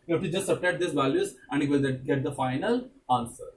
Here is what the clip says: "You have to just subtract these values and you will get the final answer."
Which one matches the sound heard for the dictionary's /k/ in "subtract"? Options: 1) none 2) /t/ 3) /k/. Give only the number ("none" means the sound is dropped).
1